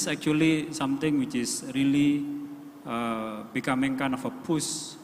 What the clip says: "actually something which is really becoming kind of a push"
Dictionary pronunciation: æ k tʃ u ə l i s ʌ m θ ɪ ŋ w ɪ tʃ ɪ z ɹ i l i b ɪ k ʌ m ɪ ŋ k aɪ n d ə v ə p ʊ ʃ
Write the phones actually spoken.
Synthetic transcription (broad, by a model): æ k tʃ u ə l i s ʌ m t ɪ ŋ w ɪ tʃ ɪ s ɹ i l i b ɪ k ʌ m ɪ ŋ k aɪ n ə f ə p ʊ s